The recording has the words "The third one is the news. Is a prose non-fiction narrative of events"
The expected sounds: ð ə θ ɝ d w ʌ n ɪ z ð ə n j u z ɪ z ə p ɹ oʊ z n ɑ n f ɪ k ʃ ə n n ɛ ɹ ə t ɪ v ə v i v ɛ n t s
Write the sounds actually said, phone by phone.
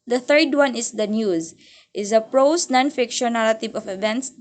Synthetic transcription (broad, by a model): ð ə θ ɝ d w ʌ n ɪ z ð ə n j u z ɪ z ə p ɹ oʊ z n ɑ n f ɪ k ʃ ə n n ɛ l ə t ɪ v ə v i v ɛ n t s